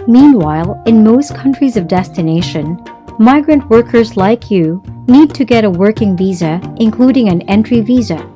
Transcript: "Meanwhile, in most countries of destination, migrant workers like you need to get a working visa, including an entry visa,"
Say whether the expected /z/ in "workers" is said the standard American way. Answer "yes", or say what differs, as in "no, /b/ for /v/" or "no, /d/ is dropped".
yes